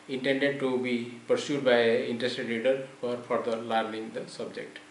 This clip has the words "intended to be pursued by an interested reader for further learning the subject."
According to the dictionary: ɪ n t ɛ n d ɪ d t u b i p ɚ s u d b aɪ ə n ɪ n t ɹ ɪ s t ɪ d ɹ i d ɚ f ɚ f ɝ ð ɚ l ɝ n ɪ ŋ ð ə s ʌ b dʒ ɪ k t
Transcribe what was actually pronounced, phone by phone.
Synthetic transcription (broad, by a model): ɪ n t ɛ n d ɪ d t u b i p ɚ s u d b aɪ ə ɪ n t ɹ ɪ s t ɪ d l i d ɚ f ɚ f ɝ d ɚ l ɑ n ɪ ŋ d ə s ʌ b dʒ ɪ k t